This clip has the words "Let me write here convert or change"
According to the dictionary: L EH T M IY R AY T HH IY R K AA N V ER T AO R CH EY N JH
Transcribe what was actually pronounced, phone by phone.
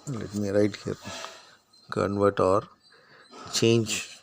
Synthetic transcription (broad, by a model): L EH T M IY R AY T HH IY R K AA N V ER T AO R CH EY N JH